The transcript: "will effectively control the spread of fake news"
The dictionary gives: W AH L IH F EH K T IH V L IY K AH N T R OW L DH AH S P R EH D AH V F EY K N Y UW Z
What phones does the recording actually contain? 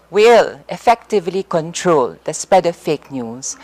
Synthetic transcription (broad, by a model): W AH L IH F EH K T IH V L IY K AH N T R OW L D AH S P EH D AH F EY K N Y UW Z